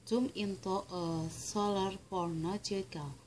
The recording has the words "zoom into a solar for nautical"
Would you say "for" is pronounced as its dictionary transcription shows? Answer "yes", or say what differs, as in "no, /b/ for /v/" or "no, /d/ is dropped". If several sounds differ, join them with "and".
no, /p/ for /f/